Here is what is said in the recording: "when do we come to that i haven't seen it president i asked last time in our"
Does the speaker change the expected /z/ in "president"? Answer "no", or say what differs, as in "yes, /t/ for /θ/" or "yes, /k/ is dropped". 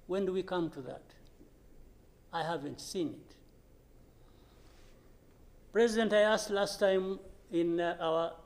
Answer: no